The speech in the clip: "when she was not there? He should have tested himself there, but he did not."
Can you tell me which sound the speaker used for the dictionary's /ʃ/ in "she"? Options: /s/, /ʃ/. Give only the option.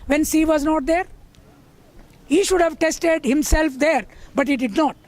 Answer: /s/